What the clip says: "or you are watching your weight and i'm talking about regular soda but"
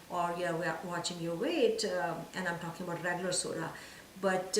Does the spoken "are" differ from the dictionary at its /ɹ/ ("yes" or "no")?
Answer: yes